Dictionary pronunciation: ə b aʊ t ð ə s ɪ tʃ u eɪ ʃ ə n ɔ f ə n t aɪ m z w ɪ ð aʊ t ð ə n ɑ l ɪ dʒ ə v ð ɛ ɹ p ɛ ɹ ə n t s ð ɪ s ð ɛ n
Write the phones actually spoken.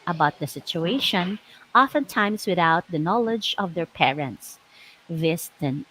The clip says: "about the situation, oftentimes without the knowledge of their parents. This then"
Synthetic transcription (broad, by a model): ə b aʊ t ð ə s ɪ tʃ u eɪ ʃ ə n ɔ f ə n t aɪ m s w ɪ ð aʊ t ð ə n ɑ l ɪ dʒ ə v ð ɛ ɹ p ɛ ɹ ə n t s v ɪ s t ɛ n